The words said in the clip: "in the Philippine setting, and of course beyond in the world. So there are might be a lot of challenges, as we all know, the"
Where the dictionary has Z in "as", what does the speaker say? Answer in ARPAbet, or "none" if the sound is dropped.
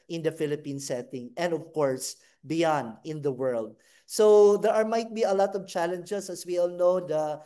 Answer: S